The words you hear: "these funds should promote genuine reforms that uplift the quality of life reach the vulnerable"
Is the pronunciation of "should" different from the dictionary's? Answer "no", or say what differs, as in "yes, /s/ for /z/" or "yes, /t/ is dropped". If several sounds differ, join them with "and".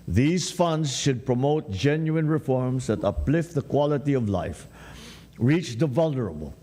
no